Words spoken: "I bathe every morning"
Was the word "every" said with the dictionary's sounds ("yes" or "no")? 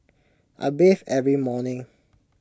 yes